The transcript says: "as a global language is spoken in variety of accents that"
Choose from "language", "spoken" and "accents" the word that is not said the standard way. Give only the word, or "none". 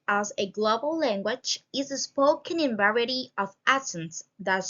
accents